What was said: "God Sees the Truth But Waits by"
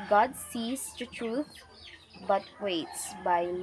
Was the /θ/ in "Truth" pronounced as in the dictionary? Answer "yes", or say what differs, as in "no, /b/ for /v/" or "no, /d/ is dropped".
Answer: no, /t/ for /θ/